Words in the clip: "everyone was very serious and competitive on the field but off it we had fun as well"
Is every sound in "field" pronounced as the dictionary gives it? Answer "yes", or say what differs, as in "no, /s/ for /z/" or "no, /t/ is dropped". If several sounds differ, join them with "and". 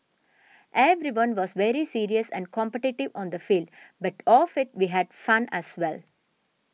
yes